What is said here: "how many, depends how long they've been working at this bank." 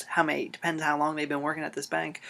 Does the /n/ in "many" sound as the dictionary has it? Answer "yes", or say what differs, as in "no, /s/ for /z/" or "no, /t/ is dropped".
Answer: no, /n/ is dropped